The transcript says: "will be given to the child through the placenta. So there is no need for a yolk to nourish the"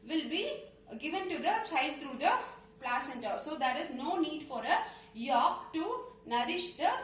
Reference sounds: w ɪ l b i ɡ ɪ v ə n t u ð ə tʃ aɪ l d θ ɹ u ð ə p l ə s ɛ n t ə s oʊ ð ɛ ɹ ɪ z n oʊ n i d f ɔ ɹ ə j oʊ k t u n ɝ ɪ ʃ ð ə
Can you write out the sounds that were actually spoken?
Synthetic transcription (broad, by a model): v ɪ l b i ɡ ɪ v ə n t u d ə tʃ aɪ l d t ɹ u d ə p l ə s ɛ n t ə s oʊ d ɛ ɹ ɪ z n oʊ n i d f ɔ ɹ ə j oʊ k t u n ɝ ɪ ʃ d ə